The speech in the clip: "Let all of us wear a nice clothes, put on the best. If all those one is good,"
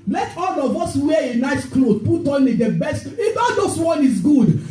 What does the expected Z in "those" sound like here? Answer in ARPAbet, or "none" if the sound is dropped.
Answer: S